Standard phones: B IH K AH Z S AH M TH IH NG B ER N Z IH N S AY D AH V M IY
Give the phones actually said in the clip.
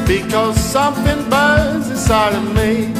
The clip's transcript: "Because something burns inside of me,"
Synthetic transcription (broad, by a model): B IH K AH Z S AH M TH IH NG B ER Z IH S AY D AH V M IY